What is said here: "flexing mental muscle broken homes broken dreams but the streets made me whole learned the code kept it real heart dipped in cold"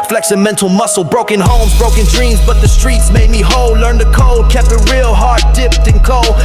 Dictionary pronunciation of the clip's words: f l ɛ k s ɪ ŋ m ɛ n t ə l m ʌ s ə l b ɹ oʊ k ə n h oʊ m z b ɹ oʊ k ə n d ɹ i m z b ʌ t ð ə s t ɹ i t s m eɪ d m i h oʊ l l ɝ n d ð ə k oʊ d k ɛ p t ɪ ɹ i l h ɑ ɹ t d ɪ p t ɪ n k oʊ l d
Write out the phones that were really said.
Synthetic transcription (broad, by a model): f l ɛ k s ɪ m ɛ n t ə l m ʌ s l b ɹ oʊ k ə n h oʊ m z b ɹ oʊ k ə n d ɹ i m z b ʌ t ð ə s t ɹ i t s m eɪ d m i h oʊ l l ɝ n ð ə k oʊ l k ɛ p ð ɪ ɹ i l h ɑ ɹ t d ɪ p t ɪ n k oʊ l